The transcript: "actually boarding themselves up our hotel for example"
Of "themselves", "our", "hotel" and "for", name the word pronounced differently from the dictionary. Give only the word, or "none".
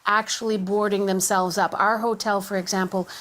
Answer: none